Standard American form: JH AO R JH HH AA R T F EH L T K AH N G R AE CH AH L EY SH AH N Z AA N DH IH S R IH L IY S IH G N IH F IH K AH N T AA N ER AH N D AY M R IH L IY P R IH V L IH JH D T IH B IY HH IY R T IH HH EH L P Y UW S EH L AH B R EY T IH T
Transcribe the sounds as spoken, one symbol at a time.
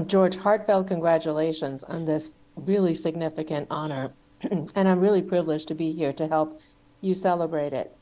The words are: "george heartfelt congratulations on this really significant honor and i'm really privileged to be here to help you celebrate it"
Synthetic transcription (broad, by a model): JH AO R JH HH AA R T F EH L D K AH N G R AE CH AH L EY SH AH N Z N DH IH S R IH L IY S IH G N IH F IH K AH N T AA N ER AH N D AY M R IH L IY P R IH V L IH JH T IH B IY HH IY R T IH HH EH L P Y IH S EH L AH B R EY T IH T